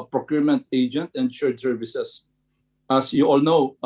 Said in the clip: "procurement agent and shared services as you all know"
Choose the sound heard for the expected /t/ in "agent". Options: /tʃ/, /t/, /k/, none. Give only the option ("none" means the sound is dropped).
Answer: /t/